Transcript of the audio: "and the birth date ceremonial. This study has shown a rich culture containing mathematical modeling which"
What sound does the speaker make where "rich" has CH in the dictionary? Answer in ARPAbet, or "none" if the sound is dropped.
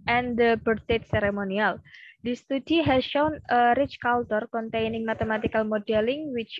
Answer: CH